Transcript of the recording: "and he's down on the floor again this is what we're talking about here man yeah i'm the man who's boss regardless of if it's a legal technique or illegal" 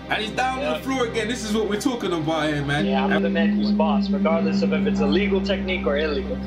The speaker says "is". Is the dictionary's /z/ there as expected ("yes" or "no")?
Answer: yes